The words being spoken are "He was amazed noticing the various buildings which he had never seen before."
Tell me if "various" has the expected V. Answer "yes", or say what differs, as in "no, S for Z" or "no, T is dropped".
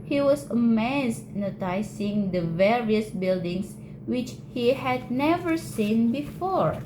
yes